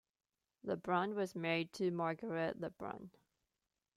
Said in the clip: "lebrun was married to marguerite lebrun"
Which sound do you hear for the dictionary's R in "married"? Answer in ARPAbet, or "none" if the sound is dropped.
R